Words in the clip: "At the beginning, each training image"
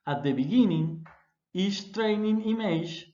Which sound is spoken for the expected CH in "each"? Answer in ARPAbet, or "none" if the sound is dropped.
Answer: S